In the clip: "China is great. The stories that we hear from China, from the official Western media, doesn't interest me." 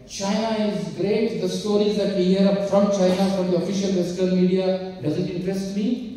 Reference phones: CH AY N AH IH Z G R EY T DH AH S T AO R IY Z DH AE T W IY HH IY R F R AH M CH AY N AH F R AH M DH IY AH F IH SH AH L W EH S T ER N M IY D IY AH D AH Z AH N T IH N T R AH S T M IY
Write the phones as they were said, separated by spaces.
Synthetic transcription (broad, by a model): CH AY N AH IH Z G R EY T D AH S T AO R IY Z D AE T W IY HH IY R F R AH M CH AY N AH F R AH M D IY AH F IH SH AH L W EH S T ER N M IY D IY AH D AH Z AH N T IH N T R AH S T M IY